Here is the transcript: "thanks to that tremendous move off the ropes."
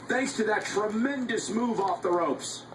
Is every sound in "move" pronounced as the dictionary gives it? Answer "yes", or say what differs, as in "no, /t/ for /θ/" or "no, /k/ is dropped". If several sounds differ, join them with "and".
yes